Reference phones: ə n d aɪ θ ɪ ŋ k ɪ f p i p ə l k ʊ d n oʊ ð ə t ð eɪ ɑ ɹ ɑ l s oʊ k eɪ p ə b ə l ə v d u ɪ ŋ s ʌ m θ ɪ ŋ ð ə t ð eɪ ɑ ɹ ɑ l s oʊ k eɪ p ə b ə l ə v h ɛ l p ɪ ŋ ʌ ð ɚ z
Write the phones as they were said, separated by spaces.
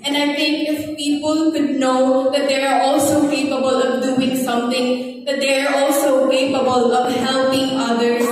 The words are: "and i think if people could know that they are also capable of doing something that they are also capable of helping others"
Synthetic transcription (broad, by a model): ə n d aɪ t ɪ ŋ k ɪ f p i p ə l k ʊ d n oʊ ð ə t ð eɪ ɑ ɹ ɑ l s oʊ k eɪ p ə b ə l ə v d u ɪ ŋ s ʌ m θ ɪ ŋ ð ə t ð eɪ ɑ ɹ ɑ l s oʊ k eɪ p ə b ə l ə v h ɛ l p ɪ ŋ ʌ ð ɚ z